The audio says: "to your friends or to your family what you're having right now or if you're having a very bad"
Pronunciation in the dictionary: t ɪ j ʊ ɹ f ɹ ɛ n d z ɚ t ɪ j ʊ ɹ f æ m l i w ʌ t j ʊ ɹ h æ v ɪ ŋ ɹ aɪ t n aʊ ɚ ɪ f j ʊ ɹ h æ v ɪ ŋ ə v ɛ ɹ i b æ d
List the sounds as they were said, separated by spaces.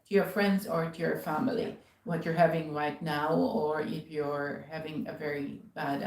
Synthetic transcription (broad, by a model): t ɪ j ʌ ɹ f ɹ ɛ n d z ɚ t ɪ j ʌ ɹ f æ m l i w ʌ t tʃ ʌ ɹ h æ v ɪ ŋ ɹ aɪ t n aʊ ɚ ɪ f j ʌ ɹ h æ v ɪ ŋ ə v ɛ ɹ i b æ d